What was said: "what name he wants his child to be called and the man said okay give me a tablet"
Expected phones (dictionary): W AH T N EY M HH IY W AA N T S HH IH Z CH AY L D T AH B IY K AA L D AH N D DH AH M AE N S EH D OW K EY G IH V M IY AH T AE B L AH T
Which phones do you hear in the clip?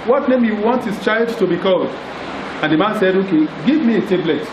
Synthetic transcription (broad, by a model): W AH T N EY M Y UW W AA N T HH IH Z CH AY L D T AH B IY K AA L D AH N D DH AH M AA N S EH D OW K EY G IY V M IY AH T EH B L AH T